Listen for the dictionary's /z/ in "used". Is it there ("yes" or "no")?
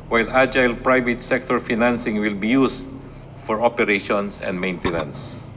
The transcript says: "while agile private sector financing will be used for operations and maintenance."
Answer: no